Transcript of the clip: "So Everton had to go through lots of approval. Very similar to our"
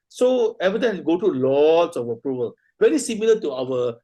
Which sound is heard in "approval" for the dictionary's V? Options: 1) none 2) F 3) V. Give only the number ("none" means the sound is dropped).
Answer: 3